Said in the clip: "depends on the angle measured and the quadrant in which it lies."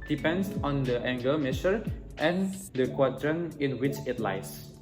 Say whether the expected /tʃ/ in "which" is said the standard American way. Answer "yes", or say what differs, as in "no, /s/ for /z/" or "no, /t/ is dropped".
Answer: yes